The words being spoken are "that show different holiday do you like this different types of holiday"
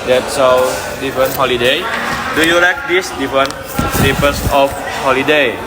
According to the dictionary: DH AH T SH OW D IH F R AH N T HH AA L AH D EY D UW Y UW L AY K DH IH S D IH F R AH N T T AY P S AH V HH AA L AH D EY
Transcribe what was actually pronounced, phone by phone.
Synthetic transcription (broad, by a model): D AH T S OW D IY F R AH N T HH AA L AH D EY D UW Y UW L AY K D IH S D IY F R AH N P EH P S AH F HH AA L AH D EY